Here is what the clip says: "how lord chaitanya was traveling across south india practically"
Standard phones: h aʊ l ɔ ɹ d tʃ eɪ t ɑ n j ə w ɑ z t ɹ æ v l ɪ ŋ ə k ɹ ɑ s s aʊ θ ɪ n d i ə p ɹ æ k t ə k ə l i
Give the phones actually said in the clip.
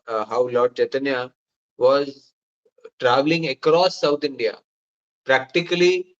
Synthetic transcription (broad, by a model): h aʊ l ɔ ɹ d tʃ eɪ t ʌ n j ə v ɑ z t ɹ æ v l ɪ ŋ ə k ɹ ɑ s s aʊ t ɪ n d i ə p ɹ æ k t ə k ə l i